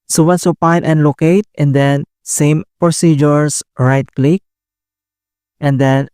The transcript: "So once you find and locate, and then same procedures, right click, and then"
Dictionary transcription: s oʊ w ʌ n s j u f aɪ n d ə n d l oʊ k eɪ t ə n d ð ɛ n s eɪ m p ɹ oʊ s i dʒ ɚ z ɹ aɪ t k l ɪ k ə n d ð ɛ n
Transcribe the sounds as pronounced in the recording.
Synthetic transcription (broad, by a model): s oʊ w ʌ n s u p aɪ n ə n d l oʊ k eɪ t ə n d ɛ n s eɪ m p ɹ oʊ s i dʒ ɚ s ɹ aɪ t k l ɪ k ə n d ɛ n